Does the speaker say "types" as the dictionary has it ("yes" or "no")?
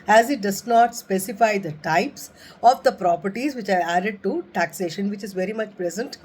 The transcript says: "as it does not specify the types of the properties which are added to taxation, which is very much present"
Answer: yes